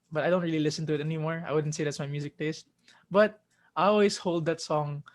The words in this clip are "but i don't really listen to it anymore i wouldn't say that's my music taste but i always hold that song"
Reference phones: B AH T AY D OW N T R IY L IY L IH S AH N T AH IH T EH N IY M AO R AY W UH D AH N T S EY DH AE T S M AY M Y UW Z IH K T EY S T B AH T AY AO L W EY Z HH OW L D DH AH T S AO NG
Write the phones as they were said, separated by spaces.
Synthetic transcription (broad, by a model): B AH T AY D OW N T R IY L IY L IH S AH N T AH IH T EH N IY M AO R AY W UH D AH N T S EY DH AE T S M AY M Y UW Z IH K T EY S T B AH T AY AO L W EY S HH OW L D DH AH T S AO NG